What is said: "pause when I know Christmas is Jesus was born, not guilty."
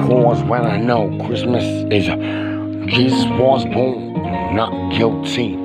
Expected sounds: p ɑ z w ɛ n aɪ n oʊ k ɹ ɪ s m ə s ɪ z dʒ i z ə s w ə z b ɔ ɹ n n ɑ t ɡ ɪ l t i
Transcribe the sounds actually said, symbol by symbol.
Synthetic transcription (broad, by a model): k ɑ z w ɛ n aɪ n oʊ k ɹ ɪ s m ə s ɪ z dʒ i z ə s w ə z b ɔ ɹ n n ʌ t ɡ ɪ l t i